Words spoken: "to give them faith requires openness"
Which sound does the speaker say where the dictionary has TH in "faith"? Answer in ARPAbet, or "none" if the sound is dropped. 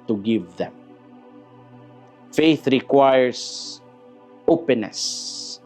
TH